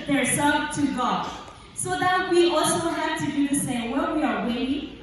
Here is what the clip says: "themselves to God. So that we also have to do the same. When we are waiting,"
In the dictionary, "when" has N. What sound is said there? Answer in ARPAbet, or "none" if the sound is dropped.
L